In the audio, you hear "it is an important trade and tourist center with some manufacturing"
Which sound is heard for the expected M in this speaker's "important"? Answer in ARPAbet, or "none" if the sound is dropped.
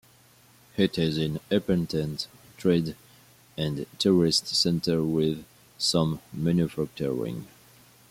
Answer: none